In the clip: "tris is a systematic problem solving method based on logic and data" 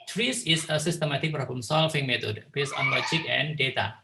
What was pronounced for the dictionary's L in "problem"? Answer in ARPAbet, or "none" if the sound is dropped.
none